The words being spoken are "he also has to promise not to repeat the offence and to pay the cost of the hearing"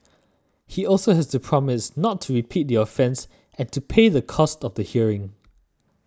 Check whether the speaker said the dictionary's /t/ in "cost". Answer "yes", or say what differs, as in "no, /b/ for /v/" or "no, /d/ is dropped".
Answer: yes